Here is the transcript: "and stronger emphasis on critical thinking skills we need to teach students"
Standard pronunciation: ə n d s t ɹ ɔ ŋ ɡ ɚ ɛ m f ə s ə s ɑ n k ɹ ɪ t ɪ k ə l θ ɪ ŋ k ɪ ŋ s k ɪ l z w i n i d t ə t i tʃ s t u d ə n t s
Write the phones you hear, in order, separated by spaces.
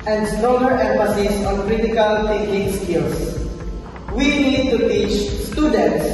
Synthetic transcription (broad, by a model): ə n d s t ɹ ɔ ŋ ɡ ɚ ɛ m f ə s ə s ɑ n k ɹ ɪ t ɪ k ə l t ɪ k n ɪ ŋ s k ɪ l s w i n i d t ə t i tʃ s t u d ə n t s